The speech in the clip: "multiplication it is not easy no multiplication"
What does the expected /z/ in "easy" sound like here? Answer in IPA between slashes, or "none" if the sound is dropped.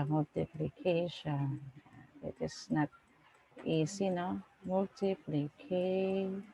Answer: /s/